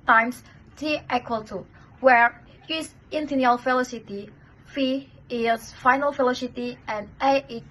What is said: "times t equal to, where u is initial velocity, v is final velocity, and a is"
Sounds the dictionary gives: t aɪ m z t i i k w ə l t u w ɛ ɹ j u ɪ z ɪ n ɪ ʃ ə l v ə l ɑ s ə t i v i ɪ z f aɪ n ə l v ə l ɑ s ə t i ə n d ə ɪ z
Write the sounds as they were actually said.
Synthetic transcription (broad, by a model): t aɪ m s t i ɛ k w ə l t u w ɛ ɹ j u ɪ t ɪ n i ə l f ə l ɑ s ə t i f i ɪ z f aɪ n ə l f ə l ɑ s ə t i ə n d ə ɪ